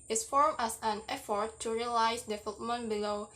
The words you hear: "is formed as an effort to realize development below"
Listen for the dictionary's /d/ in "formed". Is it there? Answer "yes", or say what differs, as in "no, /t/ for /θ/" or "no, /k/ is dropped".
no, /d/ is dropped